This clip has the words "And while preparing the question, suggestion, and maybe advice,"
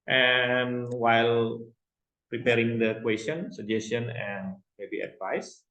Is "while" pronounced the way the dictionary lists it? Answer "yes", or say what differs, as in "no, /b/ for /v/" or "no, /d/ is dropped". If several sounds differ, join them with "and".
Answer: yes